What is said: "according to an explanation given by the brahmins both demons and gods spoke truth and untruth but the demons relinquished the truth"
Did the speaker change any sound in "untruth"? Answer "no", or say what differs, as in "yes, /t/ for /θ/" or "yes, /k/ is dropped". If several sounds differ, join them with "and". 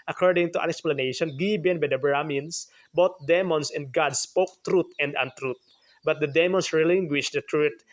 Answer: yes, /t/ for /θ/